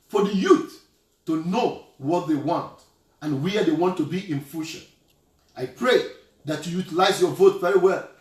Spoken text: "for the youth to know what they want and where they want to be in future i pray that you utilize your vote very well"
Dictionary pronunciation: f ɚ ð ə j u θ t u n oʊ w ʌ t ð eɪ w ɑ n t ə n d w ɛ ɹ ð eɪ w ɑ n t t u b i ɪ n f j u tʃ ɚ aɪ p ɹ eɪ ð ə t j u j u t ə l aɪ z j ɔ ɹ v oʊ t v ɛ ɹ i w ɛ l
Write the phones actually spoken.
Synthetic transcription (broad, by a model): f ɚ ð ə j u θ t u n oʊ w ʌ t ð eɪ w ɑ n t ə n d w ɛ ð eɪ w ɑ n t t u b i ɪ n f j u ʃ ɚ aɪ p ɹ eɪ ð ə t j u j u t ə l aɪ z j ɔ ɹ v oʊ t v ɛ ɹ i w ɛ l